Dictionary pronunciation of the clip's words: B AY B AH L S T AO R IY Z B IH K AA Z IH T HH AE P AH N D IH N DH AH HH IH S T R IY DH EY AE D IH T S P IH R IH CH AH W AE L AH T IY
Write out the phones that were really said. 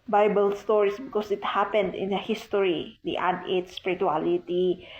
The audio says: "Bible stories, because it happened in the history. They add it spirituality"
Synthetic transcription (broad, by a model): B AY B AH L S T AO R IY S B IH K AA S IH T HH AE P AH N D IH N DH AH HH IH S T R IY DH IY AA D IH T S P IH R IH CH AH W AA L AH T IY